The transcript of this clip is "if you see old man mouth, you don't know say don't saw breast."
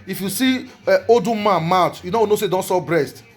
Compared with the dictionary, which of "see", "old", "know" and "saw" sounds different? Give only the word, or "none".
old